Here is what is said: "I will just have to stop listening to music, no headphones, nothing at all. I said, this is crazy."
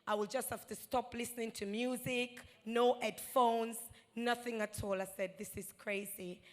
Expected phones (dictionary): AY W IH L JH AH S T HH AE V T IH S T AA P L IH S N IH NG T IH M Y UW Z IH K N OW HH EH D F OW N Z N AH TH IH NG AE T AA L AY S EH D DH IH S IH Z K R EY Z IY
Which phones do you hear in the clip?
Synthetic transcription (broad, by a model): AY W IH L JH AH S T HH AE F T IH S T AA P L IH S N IH NG T IH M Y UW Z IH K N OW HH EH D F OW N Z N AH TH IH NG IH T AA L AY S EH D DH IH S IH Z K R EY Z IY